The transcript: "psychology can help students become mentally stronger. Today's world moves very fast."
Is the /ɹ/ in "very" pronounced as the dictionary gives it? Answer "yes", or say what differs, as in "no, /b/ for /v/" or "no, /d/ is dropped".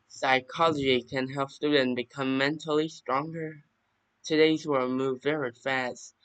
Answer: yes